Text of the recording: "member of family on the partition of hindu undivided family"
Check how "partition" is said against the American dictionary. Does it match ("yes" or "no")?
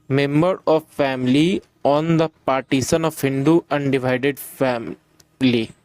no